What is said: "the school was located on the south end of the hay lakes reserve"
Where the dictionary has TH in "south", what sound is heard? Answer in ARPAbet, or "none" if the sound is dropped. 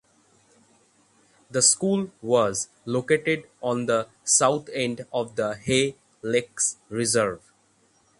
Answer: T